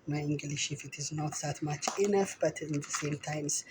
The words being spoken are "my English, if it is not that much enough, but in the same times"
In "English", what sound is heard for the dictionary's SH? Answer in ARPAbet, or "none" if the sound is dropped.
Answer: SH